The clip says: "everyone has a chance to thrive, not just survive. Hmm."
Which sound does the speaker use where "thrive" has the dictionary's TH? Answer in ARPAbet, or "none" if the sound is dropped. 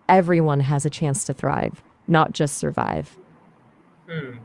TH